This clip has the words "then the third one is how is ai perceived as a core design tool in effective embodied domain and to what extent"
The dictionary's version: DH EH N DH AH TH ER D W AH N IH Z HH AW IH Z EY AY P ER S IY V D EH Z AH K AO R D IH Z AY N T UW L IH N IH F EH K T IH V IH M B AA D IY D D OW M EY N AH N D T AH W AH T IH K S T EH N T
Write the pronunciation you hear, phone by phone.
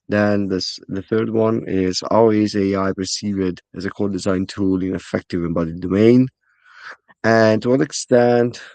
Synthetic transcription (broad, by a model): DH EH N DH AH TH ER D W AH N IH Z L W IH Z EY AY P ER S IY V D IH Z AH K AO L D IH Z AY N T UW L IH N IH F EH K T IH V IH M B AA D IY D D OW M EY N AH N T AH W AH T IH K S T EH N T